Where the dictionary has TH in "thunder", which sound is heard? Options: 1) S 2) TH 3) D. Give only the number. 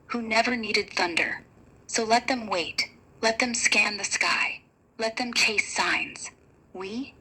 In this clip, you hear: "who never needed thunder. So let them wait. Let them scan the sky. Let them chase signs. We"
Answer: 2